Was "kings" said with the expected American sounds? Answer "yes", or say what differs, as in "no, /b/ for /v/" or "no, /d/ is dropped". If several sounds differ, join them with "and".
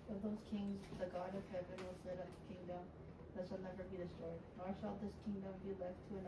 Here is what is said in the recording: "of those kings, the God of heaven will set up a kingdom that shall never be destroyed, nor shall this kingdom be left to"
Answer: yes